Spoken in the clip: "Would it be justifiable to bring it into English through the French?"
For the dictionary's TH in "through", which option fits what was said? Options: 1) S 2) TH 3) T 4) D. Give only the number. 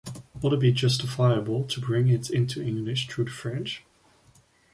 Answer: 3